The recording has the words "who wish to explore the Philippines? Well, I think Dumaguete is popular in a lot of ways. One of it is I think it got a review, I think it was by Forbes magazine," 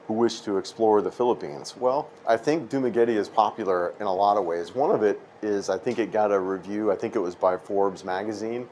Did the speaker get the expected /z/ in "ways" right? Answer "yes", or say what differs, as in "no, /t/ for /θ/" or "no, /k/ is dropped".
yes